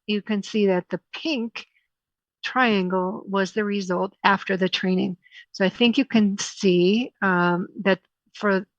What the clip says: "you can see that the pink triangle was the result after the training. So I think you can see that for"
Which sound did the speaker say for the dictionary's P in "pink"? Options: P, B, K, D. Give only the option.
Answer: P